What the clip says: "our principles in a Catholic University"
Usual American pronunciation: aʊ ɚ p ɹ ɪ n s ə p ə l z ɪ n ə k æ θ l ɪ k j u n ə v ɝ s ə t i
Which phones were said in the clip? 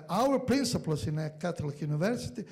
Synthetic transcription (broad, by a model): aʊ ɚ p ɹ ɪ n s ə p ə l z ɪ n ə k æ t l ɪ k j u n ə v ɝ s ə t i